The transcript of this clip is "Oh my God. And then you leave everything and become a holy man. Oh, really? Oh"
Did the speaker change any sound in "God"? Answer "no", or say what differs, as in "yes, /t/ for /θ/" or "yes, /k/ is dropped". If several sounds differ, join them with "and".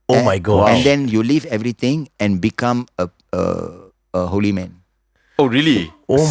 yes, /d/ is dropped